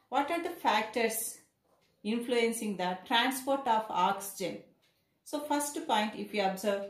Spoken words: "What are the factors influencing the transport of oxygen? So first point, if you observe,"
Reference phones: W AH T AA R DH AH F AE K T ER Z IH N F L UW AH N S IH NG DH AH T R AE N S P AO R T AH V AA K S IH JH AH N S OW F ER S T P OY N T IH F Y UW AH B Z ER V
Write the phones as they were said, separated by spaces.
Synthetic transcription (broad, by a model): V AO T AA R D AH F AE K T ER S IH N F L UW AH N S IH NG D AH T R AE N S P AO R T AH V AA K S IH JH AH N S OW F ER S T P OY N T IH F Y UW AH B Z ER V